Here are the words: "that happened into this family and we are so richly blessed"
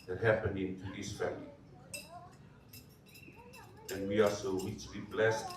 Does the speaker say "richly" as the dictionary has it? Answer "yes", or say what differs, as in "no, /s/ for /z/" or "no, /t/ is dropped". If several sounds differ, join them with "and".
no, /w/ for /ɹ/